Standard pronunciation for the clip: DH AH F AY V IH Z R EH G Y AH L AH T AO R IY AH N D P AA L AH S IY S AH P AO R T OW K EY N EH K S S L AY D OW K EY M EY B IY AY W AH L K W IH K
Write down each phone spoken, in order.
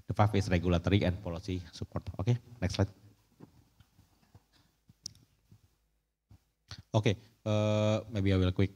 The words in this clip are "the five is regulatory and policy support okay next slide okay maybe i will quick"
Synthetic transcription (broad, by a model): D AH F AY F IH S R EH G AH L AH T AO R IY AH N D P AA L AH S IY S AH P AO R T OW K EY N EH K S S L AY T OW K EY M EY B IY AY W AH L K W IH K